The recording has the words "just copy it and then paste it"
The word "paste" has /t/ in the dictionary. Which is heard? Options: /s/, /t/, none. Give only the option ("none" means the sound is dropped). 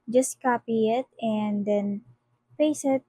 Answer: none